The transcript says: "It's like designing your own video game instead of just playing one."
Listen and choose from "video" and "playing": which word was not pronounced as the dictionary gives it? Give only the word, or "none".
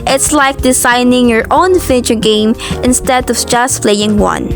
video